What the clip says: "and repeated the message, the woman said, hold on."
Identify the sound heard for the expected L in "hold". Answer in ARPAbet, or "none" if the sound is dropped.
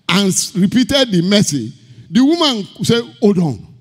none